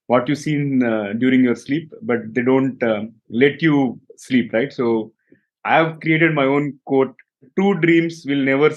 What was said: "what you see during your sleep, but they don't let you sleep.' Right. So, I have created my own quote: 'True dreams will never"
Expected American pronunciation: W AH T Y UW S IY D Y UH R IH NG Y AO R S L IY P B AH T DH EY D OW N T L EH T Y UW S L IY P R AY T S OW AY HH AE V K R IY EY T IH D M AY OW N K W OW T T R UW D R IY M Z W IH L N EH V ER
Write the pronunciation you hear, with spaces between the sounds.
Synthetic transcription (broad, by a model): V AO T Y UW S IY D Y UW R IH NG Y AO R S L IY P B AH T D EY D OW N T L EH T Y UW S L IY P R AY T S OW AY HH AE V K R IY EY T IH D M AY OW N K OW T T UW D R IY M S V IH L N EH V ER